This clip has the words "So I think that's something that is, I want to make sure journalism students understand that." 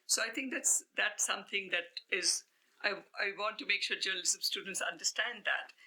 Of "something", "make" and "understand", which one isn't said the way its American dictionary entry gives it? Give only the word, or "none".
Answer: something